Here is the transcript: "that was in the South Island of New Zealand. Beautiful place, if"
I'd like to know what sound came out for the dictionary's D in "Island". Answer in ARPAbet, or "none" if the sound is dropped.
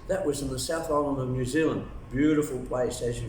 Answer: none